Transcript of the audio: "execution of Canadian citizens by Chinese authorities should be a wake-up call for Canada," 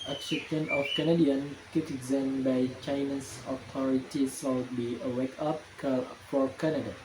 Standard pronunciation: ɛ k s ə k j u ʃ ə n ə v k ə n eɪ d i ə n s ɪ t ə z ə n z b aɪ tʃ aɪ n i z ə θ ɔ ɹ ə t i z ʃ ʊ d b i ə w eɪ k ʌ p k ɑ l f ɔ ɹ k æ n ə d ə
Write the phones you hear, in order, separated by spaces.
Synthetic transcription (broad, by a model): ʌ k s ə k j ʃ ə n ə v k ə n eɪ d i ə n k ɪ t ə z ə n b aɪ tʃ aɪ n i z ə t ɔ ɹ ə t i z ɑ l b i ə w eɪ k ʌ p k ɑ f ɔ ɹ k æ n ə d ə